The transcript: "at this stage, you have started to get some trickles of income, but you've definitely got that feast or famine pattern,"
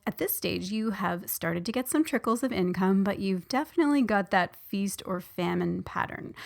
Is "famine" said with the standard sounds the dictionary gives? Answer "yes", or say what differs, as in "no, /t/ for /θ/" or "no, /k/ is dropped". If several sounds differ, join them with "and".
yes